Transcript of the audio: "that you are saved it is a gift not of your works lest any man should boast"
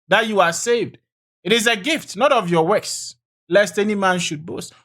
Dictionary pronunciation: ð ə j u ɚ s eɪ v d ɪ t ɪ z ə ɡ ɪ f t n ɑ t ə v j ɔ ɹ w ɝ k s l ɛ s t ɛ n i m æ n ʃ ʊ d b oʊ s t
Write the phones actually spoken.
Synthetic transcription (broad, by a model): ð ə j u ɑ s eɪ v d ɪ t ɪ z ə ɡ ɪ f t n ɑ t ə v j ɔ w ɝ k s l ɛ s t ɛ n i m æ n ʃ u d b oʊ s t